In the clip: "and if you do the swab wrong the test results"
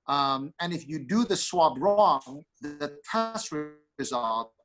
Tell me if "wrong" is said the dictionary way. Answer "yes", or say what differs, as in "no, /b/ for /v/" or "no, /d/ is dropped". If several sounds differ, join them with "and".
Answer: yes